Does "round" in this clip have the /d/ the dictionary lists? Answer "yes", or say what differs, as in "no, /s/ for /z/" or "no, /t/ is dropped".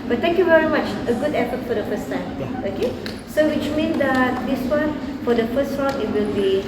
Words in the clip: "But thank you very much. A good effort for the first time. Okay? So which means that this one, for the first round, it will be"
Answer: no, /d/ is dropped